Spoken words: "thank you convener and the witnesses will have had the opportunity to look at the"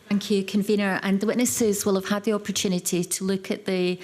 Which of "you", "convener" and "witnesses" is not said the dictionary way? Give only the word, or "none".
none